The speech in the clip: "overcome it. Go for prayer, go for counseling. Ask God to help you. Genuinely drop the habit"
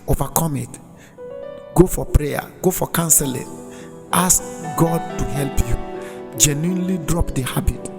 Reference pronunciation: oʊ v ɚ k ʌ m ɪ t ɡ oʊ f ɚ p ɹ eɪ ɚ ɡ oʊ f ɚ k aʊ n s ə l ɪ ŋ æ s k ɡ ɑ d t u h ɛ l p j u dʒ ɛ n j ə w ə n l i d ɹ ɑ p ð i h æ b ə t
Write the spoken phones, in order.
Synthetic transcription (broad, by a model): oʊ v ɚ k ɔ m ɪ t ɡ oʊ f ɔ p ɹ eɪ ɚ ɡ oʊ f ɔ k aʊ n s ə l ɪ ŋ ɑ s k ɡ ɑ d t u h ɛ l p j u dʒ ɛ n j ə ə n l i d ɹ ɑ p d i h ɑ b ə t